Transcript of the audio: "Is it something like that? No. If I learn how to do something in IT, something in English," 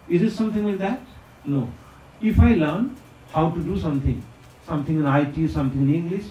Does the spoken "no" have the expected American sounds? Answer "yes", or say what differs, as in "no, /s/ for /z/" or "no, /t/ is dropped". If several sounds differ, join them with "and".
yes